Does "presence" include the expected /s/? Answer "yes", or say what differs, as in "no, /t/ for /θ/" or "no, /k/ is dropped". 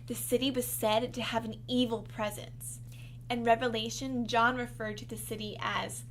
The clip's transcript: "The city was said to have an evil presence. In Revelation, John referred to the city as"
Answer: yes